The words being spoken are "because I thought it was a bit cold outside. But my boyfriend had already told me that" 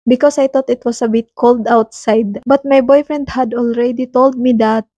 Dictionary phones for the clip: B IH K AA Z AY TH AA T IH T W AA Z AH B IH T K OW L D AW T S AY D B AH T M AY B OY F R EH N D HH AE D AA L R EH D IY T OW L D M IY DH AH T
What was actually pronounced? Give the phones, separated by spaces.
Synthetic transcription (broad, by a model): B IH K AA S AY T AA T IH T W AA S AH B IH T K OW L D AW T S AY D B AH T M AY B OY F R EH N D HH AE D AA L R EH D IY T OW L D M IY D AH T